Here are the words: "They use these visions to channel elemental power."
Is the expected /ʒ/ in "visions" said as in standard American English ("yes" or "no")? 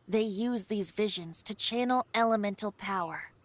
yes